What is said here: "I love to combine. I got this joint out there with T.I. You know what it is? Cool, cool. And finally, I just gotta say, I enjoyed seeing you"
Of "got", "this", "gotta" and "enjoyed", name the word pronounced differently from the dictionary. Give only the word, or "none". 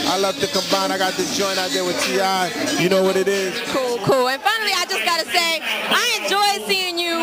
this